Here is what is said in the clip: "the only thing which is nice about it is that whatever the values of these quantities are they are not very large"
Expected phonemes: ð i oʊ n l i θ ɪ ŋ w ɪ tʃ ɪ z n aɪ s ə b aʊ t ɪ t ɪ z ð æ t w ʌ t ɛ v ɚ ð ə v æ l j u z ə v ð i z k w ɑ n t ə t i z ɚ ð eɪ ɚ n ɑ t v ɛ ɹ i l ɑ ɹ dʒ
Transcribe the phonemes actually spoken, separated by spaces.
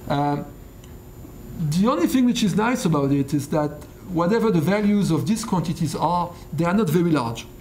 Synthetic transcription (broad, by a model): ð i oʊ n l i θ ɪ ŋ w ɪ tʃ ɪ z n aɪ s ə b aʊ t ɪ t ɪ z ð æ t w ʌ t ɛ v ɚ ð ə v æ l j u z ə v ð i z k w ɑ n t ə t i z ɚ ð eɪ ɚ n ɑ t v ɛ ɹ i l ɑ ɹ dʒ